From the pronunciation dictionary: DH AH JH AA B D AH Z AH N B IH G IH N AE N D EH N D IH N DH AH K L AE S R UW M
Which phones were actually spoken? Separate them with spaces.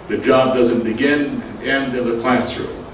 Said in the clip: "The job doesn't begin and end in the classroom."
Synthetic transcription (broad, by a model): DH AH JH AA B D AH Z AH N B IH G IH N N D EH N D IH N DH AH K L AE S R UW